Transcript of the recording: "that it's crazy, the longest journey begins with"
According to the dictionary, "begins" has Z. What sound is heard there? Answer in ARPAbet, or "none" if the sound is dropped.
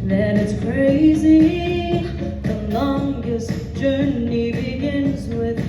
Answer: Z